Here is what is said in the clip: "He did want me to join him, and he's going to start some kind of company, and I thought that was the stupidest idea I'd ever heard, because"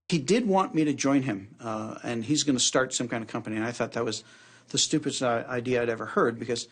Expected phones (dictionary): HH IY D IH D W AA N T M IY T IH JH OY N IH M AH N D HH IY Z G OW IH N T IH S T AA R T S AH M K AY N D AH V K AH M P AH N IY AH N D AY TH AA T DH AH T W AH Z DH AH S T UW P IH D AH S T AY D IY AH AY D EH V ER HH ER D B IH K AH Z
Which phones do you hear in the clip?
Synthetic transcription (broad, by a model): HH IY D IH D W AA N M IY T IH JH OY N IH M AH N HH IY Z G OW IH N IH S T AA R T S AH M K AY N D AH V K AH M P AH N IY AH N AY TH AA T DH AH T W AH Z DH AH S T UW P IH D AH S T AY D IY AH AY D EH V ER HH ER D B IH K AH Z